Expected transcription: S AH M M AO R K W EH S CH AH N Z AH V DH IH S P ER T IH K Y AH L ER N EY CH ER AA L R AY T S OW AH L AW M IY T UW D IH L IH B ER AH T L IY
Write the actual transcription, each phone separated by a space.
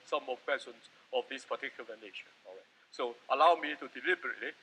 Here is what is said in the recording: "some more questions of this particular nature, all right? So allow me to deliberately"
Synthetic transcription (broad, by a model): S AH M M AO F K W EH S AH N S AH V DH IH S P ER T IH K Y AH L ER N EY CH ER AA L R AY T S OW AH L AW M IY T UW D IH L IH B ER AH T L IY